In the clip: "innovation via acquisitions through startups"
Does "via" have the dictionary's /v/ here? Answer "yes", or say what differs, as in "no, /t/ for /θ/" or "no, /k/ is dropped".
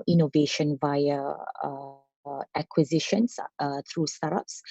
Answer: yes